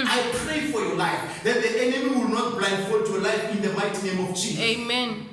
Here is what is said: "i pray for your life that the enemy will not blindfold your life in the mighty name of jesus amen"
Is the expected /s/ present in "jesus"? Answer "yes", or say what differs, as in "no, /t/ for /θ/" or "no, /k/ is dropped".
no, /s/ is dropped